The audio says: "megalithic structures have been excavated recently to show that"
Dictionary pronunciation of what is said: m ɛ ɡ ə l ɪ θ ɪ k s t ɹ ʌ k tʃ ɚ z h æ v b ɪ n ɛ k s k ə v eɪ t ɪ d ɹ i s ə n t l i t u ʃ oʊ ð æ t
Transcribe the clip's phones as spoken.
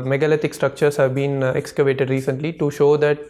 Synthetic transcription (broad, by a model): m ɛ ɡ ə l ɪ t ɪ k s t ɹ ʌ k tʃ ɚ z h æ v b ɪ n ɛ k s k ə v eɪ t ɪ d ɹ i s ə n t l i t u ʃ oʊ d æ t